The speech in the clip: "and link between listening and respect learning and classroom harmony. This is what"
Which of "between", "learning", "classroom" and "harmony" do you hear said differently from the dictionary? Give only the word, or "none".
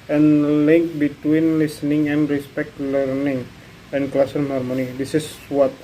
classroom